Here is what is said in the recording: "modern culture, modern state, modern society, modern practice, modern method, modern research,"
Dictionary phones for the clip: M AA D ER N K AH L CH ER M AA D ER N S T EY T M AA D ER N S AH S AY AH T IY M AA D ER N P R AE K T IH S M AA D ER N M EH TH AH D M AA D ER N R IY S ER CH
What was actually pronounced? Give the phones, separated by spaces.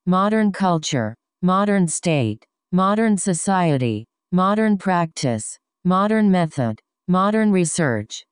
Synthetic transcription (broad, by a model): M AA D ER N K AH L CH ER M AA D ER N S T EY T M AA D ER N S AH S AY AH T IY M AA D ER N P R AE K T IH S M AA D ER N M EH TH AH D M AA D ER N R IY S ER CH